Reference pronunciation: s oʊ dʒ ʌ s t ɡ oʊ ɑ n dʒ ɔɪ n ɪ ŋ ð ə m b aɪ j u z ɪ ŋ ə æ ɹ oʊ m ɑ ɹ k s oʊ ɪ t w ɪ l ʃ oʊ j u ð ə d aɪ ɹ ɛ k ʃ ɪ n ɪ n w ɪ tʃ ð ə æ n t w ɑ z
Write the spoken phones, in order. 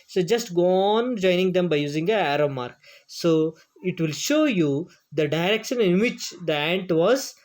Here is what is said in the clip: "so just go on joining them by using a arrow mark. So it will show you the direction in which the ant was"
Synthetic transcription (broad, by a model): s oʊ dʒ ʌ s t ɡ oʊ ɑ n dʒ ɔɪ n ɪ ŋ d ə m b aɪ j u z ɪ ŋ ə æ ɹ oʊ m ɑ ɹ k s oʊ ɪ t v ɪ l ʃ oʊ j u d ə d aɪ ɹ ɛ k ʃ ɪ n ɪ n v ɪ tʃ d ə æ n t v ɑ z